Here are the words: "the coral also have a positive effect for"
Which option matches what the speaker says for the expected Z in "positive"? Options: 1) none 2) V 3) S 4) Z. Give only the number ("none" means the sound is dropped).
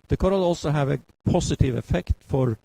3